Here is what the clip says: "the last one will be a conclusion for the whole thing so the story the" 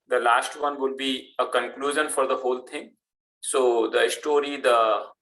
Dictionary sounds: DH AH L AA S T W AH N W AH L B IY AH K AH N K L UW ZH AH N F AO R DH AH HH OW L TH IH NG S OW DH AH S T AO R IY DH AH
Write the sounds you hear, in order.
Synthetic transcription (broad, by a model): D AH L AA S T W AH N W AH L B IY AH K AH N K L UW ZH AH N F AO R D AH HH OW L T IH NG S OW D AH S T AO R IY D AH